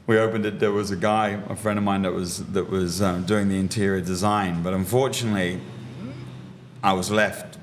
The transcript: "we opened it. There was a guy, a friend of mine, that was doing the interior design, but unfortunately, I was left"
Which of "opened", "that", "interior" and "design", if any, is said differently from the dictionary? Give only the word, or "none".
none